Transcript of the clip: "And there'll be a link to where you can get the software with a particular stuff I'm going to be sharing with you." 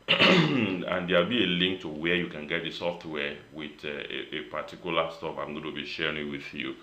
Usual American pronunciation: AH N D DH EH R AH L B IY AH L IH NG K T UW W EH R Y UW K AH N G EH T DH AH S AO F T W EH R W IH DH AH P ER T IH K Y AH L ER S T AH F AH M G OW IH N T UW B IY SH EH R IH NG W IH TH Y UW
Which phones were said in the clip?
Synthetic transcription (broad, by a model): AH N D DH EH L B IY AH L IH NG K T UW W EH Y UW K AH N G EH T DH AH S AO F T W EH W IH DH AH P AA T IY K Y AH L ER S T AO P AH M G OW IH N T UW B IY SH EH R IH NG W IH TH Y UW